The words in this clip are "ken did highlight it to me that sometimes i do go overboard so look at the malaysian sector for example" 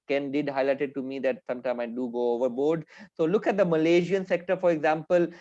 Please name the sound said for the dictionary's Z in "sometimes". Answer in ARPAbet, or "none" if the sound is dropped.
none